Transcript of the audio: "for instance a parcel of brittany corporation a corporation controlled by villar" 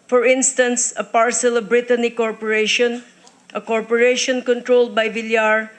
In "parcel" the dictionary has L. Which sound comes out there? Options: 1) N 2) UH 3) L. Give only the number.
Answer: 3